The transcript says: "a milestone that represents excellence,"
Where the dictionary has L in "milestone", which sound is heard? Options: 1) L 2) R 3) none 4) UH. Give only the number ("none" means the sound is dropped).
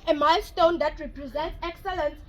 1